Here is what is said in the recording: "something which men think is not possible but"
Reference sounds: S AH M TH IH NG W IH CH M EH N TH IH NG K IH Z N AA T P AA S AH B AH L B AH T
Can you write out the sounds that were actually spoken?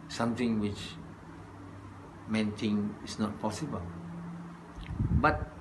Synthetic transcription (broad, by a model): S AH M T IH NG W IH CH M EH N T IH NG IH S N AA T P AA S AH B AH L B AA T